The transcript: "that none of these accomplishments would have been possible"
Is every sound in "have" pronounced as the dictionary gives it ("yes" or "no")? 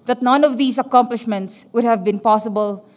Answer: yes